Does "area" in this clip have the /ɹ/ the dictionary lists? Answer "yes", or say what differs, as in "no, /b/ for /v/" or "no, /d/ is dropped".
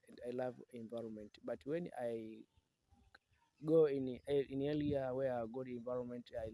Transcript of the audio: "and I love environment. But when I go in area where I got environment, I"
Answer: no, /l/ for /ɹ/